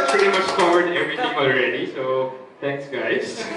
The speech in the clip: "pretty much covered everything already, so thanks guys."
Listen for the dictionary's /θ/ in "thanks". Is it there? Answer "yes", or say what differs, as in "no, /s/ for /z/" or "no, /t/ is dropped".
no, /t/ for /θ/